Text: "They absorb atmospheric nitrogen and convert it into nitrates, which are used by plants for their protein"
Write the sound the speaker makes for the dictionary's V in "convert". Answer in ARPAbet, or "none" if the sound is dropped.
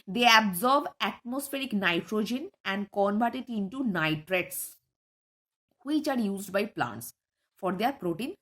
B